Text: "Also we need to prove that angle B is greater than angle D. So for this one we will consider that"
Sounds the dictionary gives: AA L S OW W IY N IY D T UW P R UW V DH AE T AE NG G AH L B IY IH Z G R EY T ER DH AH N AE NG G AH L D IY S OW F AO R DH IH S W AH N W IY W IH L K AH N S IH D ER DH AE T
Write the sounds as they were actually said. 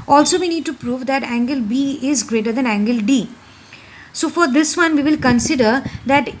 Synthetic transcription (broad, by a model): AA L S OW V IY N IY D T UW P R UW V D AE T AE NG G AH L B IY IH Z G R EY T ER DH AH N AE NG G AH L D IY S OW F AO R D IH S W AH N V IY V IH L K AH N S IH D ER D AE T